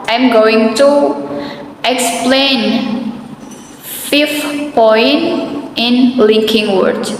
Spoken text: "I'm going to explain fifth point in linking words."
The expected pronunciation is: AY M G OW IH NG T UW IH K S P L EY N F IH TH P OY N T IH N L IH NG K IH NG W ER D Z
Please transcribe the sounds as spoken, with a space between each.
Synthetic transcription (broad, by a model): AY M G OW IH NG T UW IH K S P L EY N F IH F P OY N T IH N L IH NG K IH NG W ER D